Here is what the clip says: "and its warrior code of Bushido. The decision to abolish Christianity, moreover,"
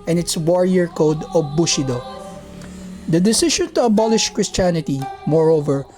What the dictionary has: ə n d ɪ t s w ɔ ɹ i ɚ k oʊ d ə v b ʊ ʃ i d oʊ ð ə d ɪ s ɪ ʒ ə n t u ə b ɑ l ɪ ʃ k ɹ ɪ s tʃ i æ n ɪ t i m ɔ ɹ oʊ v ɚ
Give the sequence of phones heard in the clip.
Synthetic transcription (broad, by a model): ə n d ɪ t s w ɔ ɹ i ɚ k oʊ d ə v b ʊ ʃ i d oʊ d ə d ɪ s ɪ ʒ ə n t u ə b ɑ l ɪ ʃ k ɹ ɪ s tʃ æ n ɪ t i m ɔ ɹ oʊ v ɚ